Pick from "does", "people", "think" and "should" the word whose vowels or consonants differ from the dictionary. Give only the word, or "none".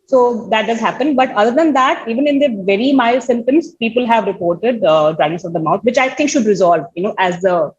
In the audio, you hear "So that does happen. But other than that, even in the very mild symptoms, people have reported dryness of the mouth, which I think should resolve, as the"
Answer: think